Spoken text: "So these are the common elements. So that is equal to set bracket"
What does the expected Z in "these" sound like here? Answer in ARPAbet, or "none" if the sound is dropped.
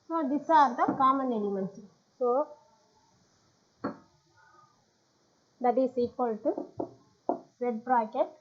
S